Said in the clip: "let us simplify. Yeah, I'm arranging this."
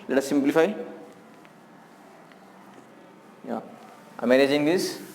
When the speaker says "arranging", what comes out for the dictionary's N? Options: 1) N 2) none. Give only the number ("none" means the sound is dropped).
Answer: 2